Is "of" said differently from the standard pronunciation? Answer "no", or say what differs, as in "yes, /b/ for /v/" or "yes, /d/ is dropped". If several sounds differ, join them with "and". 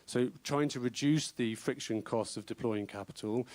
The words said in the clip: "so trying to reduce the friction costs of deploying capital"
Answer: no